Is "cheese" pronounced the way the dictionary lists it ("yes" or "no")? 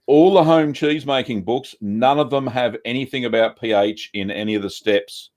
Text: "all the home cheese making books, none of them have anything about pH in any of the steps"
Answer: yes